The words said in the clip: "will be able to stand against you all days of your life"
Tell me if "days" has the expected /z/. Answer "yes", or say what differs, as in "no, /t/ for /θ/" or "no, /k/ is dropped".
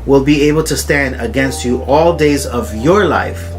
yes